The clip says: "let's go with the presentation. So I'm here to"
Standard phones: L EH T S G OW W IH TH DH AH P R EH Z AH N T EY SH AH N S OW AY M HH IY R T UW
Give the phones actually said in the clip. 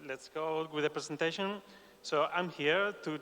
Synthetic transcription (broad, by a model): L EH T S G OW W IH DH AH P R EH S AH N T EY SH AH N S OW AY M HH IY R T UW